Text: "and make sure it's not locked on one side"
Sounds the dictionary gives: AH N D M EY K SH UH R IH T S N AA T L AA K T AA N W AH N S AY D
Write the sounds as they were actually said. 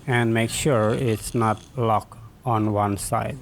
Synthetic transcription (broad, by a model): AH N D M EY K SH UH R IH T S N AA T L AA K AA N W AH N S AY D